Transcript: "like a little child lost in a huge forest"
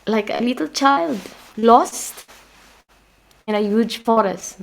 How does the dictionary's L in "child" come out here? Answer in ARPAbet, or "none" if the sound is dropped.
L